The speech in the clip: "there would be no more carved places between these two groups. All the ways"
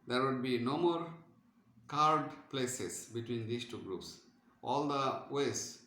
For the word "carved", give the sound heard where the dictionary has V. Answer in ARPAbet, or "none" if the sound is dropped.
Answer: none